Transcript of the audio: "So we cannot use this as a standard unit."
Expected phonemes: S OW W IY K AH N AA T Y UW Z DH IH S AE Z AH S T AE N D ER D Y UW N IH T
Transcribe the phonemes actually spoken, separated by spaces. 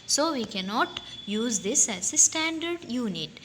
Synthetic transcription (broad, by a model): S OW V IY K AH N AA T Y UW Z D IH S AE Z AH S T AE N D ER D Y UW N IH T